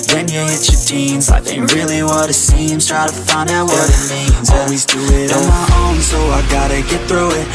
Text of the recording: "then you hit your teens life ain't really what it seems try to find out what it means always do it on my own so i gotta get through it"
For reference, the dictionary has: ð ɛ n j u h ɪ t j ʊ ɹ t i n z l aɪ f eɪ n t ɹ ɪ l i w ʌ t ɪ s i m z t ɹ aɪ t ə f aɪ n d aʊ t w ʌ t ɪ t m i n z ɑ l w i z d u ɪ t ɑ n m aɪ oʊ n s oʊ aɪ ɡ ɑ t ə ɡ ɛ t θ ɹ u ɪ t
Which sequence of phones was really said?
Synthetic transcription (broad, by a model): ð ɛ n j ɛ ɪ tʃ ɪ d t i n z aɪ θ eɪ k ɹ ɪ l i w ʌ t ɪ s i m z t ɹ aɪ t ə f aɪ n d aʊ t w ʌ t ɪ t m i n z ɑ l w i z d u ɪ t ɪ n m aɪ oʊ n s oʊ aɪ ɡ ɑ t ə ɡ ɛ t θ ɹ u ɪ t